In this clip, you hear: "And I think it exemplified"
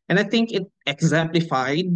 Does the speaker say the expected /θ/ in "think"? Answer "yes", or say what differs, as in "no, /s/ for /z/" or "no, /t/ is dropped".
no, /t/ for /θ/